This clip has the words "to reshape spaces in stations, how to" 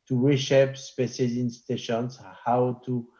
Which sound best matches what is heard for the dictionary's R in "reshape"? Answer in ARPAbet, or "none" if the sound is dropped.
W